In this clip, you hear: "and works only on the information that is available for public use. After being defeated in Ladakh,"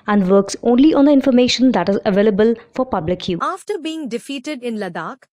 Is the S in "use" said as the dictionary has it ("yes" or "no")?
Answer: no